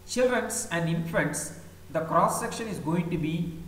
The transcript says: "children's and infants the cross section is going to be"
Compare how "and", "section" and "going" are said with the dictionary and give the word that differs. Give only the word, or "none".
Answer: none